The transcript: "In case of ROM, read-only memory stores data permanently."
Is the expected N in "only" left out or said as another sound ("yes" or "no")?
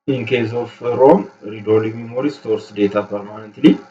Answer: yes